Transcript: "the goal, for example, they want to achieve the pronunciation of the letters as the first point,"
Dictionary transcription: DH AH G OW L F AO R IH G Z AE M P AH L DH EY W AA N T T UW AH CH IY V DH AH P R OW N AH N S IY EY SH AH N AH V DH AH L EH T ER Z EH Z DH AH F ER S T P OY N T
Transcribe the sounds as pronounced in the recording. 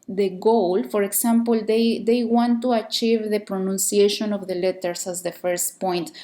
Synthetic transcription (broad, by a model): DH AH G OW L F AO R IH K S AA M P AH L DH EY W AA N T T UW AH CH IY V DH AH P R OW N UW N S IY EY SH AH N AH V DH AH L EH T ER S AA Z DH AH F ER S T P OY N T